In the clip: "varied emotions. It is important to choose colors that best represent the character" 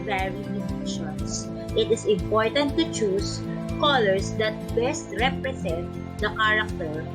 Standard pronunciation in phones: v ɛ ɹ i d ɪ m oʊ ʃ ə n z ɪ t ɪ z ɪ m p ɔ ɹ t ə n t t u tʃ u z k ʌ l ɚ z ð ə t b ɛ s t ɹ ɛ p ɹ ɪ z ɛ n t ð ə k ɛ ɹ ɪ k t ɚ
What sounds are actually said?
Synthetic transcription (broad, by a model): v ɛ ɹ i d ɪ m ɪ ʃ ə n s ɪ t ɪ s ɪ m p ɔ ɹ t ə n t t u tʃ u s k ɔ l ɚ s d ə t b ɛ s t ɹ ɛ p ɹ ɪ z ɛ n t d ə k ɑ ɹ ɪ k t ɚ